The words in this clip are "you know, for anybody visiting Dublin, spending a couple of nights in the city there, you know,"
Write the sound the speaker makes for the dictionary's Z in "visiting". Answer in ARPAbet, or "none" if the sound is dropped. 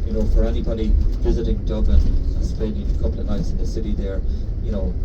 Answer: Z